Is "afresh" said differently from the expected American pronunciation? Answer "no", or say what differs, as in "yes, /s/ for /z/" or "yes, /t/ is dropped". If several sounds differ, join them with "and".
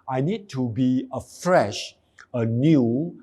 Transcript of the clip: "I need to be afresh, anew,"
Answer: no